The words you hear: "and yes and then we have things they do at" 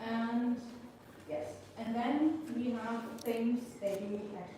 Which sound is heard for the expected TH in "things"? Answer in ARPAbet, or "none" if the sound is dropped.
T